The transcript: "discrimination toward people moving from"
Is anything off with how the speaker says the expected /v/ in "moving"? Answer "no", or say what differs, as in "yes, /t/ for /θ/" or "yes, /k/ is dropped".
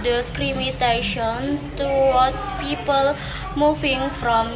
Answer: yes, /f/ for /v/